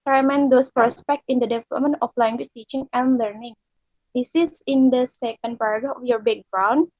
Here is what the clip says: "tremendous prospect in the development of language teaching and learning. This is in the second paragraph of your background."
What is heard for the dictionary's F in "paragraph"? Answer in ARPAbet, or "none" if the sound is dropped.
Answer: none